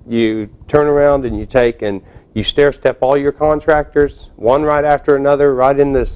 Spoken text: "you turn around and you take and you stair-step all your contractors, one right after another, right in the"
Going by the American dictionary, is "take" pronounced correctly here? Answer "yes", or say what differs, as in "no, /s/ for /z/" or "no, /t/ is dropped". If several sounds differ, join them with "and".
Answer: yes